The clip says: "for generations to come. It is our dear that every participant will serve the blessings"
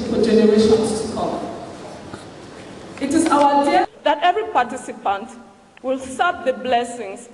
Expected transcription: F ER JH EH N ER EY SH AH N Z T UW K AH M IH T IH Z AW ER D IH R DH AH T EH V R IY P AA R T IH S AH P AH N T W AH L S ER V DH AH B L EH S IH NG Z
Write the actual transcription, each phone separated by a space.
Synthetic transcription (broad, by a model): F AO JH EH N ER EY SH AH N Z T UW K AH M IH T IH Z AW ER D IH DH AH T EH V R IY P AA T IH S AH P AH N T W AH L S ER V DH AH B L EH S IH NG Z